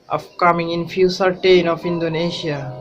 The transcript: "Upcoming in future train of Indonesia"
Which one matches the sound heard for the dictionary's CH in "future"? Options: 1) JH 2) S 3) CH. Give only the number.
2